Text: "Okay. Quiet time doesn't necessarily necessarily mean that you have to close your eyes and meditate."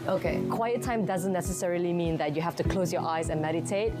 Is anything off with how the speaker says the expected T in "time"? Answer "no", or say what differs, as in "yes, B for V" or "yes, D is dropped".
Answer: no